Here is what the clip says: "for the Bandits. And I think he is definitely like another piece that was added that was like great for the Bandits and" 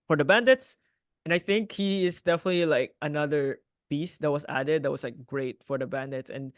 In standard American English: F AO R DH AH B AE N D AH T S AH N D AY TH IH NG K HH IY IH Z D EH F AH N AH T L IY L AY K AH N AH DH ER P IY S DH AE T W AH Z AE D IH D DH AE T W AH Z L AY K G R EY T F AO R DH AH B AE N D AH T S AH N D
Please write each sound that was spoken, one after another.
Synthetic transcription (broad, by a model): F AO R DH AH B AE N D AH T S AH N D AY TH IH NG K HH IY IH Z D EH F AH N AH T L IY L AY K AH N AH DH ER B IY S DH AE T W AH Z AE D IH D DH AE T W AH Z L AY K G R EY T F AO R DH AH B AE N D AH T S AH N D